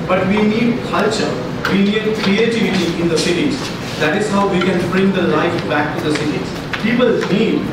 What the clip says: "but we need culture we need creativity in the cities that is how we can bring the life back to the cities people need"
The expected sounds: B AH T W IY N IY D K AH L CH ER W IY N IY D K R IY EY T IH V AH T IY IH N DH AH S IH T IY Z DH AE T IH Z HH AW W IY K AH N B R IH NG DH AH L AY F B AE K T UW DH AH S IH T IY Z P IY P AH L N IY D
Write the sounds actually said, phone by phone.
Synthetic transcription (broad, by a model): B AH T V IY N IY D K AH L CH ER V IY N IY D K R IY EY T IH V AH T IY IH N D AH S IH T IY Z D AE T IH Z HH AW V IY K AH N B R IH NG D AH L AY F B AE K T UW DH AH S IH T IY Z P IY P AH L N IY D